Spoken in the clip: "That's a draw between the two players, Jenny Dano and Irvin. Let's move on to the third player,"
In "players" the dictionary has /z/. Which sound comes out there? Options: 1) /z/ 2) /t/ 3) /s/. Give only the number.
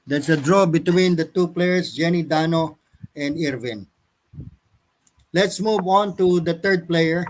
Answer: 3